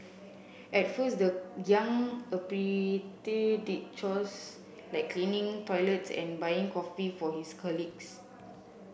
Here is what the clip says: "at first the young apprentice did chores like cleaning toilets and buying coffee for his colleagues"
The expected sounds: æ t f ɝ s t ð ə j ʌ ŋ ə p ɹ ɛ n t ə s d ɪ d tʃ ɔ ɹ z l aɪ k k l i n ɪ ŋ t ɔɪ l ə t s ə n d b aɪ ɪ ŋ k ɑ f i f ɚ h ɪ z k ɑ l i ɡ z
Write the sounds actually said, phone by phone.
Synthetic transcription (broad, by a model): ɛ t f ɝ s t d ə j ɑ ŋ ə p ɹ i t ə d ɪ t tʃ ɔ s l aɪ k k l i n ɪ ŋ t ɔɪ l ə t s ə n b aɪ ɪ ŋ k ɑ f i f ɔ h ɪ s k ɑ l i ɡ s